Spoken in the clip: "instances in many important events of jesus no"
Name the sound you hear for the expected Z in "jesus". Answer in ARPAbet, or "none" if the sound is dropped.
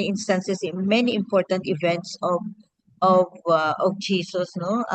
S